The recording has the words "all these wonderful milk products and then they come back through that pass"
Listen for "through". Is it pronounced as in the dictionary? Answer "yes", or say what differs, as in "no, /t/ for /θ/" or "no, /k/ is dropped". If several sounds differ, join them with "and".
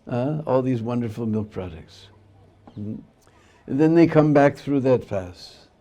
yes